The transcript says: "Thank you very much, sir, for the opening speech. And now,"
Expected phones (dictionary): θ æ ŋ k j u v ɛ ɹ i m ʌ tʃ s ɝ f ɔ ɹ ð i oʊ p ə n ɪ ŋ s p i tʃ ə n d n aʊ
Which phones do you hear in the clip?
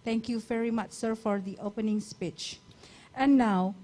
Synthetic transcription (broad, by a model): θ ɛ ŋ k j u v ɛ ɹ i m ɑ tʃ s ɝ f ɔ ɹ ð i oʊ p ə n ɪ ŋ s p i tʃ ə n n aʊ